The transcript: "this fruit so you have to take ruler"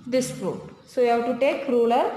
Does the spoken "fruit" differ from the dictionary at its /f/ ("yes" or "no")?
yes